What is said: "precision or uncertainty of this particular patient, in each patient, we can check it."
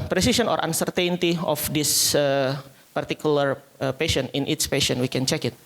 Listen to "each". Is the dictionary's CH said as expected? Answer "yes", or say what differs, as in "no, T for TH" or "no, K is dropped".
no, S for CH